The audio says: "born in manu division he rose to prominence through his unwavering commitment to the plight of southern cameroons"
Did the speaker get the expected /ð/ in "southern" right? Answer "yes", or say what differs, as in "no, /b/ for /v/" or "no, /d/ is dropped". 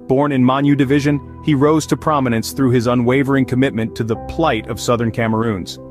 yes